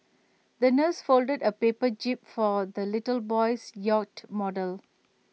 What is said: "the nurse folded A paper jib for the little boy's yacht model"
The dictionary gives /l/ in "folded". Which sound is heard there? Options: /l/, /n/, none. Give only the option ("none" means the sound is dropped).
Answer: /l/